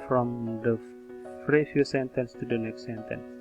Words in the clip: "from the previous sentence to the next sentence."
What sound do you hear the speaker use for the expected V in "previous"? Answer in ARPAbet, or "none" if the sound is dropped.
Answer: F